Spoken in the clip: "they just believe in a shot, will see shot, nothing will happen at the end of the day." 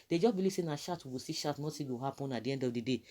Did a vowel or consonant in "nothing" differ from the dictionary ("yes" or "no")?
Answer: yes